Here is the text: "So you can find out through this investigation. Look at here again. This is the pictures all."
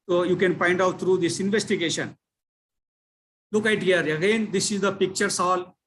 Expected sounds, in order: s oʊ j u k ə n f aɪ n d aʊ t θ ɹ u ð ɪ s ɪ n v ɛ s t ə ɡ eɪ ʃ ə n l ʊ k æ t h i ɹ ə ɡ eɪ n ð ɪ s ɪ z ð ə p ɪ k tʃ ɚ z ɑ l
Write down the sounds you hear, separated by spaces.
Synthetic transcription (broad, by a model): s oʊ j u k ə n p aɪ n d aʊ t t ɹ u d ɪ s ɪ n v ɛ s t ə ɡ eɪ ʃ ə n l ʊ k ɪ t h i ɹ ə ɡ eɪ n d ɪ s ɪ z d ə p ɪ k tʃ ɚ s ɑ l